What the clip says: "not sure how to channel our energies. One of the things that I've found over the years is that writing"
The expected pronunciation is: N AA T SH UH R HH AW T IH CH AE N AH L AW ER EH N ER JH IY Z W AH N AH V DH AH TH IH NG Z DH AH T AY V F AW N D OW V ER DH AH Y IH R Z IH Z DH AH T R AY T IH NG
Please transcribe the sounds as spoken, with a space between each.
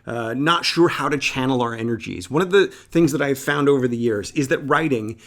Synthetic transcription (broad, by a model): N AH T SH UH R HH AW T IH CH AE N L AW ER EH N ER JH IY Z W AH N AH V DH AH TH IH NG Z DH AH T AY V F AW N D OW V ER DH AH Y IH R Z IH Z DH AH T R AY T IH NG